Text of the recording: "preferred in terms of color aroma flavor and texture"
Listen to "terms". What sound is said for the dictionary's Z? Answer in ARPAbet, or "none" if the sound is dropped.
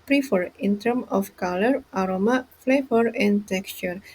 none